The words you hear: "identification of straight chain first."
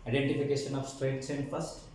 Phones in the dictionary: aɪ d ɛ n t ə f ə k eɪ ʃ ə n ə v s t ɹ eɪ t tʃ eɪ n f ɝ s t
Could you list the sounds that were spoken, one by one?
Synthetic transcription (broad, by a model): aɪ d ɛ n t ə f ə k eɪ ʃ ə n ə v s t ɹ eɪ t s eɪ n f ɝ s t